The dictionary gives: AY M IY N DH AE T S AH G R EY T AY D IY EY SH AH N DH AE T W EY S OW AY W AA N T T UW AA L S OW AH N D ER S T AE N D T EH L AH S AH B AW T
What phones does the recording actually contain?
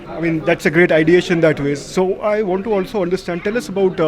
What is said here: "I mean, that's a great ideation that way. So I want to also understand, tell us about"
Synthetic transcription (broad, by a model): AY M IY N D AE T S AH G R EY T AY D IY EY SH AH N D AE T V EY S OW AY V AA N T T UW AA L S OW AH N D ER S T AE N D T EH L AH S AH B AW T